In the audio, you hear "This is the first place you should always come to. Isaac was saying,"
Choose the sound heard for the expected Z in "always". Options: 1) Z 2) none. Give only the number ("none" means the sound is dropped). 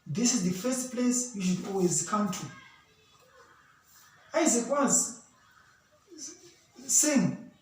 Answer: 1